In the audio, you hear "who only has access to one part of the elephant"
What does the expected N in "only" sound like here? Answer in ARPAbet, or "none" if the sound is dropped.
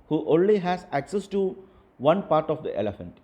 N